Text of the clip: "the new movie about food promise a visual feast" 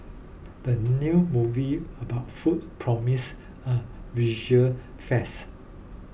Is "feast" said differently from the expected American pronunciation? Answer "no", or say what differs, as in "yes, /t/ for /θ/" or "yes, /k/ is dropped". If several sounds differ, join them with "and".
yes, /t/ is dropped